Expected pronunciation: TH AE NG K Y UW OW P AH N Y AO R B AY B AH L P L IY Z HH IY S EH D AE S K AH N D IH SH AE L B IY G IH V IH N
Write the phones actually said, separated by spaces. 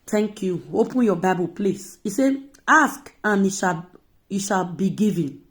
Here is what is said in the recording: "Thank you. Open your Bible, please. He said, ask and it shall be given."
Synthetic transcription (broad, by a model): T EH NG K Y UW OW P AH N Y AO B AY B AH L P L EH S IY S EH AA S K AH N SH IH SH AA L B IY G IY V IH N